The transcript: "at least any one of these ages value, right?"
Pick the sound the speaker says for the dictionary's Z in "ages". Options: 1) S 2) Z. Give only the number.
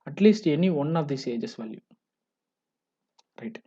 1